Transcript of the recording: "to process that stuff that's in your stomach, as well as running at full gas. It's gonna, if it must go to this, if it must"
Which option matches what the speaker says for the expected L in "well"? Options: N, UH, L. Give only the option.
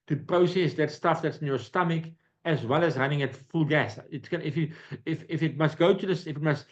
L